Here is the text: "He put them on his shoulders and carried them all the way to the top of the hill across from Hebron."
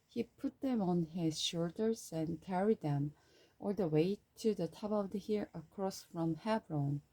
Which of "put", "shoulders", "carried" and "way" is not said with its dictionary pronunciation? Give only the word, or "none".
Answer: none